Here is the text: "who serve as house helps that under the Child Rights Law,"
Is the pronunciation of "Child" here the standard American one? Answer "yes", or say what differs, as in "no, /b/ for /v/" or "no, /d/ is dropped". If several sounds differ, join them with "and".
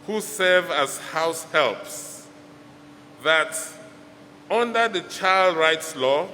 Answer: yes